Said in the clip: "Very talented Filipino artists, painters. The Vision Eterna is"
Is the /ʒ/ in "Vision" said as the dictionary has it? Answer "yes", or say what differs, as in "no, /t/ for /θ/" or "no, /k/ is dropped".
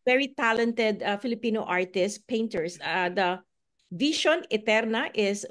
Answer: no, /ʃ/ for /ʒ/